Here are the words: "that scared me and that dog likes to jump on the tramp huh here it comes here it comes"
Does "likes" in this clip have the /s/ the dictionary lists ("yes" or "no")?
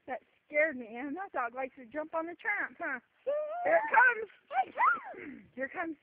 no